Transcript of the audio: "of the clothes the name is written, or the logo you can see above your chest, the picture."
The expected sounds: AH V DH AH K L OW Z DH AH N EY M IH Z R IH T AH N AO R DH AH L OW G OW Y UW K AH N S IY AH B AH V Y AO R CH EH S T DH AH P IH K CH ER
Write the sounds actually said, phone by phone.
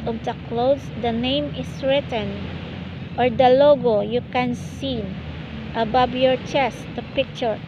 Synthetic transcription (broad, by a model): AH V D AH K L OW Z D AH N EY M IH S R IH T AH N AO R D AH L OW G OW Y UW K AH N S IY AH B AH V Y AO R CH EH S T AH P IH K CH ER